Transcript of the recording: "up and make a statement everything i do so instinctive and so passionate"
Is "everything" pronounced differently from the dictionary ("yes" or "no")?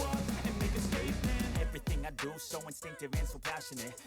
no